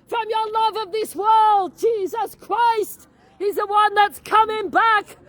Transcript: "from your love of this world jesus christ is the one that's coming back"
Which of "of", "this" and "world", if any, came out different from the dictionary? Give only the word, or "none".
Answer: none